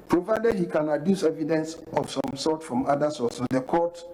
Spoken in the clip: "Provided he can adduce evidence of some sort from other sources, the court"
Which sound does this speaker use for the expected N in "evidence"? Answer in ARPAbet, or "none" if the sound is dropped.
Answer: N